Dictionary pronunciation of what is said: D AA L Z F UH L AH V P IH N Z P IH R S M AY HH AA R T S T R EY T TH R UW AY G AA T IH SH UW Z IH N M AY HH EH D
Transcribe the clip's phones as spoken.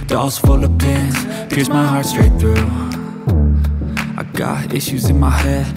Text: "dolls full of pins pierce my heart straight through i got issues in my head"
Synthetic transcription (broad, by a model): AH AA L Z F UH L AH V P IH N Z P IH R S M AY HH AA R T S T R EY T TH R UW AY G AA T IH SH UW Z IH N M AY HH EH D